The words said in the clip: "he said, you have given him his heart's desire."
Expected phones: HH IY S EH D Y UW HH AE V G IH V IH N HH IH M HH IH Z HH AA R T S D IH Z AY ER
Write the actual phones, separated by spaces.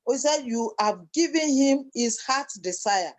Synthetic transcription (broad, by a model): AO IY S EH D Y UW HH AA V G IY V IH N HH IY M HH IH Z HH AA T D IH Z AY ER